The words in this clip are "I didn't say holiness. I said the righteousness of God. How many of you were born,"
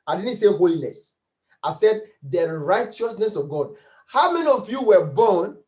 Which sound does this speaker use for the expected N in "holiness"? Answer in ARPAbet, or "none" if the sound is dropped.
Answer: L